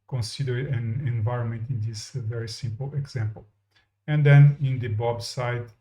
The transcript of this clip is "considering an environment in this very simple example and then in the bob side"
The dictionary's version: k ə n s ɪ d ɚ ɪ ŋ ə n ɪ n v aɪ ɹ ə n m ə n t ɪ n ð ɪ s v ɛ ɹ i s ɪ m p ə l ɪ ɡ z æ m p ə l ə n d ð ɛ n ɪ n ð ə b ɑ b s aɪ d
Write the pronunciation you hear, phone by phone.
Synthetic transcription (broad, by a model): k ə n s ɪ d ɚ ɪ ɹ ə n ɪ n v aɪ ɹ ə n m ə n t ɪ n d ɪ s v ɛ ɹ i s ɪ m p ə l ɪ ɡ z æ m p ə l ə n d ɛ n ɪ n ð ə b ɑ b s aɪ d